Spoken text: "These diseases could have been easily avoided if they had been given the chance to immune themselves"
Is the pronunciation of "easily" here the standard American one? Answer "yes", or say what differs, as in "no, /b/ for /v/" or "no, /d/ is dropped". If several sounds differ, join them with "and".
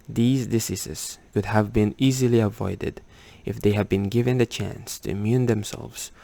yes